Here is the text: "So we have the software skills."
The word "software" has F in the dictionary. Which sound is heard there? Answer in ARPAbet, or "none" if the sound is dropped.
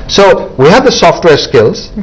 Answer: F